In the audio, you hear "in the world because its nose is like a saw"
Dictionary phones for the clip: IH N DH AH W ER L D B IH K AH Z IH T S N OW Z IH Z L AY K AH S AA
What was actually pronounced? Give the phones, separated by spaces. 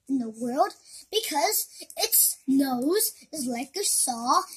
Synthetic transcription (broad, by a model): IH N DH AH W ER L D B IH K AH Z IH T S N OW Z IH Z L AY K AH S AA